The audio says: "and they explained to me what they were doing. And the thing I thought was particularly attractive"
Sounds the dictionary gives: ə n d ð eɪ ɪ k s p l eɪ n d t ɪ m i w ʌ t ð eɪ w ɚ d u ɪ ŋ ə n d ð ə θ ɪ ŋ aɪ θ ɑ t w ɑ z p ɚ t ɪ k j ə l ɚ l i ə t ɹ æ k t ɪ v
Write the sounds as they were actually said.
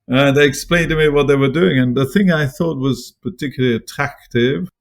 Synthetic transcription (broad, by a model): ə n ð eɪ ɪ k s p l eɪ n t ɪ m i w ʌ t ð eɪ w ɚ d u ɪ ŋ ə n ð ə θ ɪ ŋ aɪ θ ɑ t w ɑ z p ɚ t ɪ k j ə l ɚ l i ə t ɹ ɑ k t ɪ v